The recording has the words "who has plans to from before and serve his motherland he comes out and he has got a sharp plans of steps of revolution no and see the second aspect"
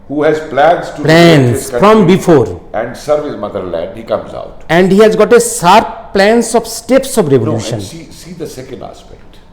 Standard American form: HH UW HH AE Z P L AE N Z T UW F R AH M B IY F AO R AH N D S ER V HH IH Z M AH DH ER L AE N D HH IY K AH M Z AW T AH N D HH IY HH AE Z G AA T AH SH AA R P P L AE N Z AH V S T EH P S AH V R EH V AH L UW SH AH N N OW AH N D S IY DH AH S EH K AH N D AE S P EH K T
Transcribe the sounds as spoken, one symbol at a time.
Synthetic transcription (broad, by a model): HH UW HH AE Z P L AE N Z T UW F R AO M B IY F AO R AH N D S ER V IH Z M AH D ER L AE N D HH IY K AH M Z AW T AH N D HH IY HH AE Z G AA T AH S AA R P P L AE N S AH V S T EH P S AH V R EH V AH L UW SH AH N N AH S IY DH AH S EH K AH N D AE S P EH K T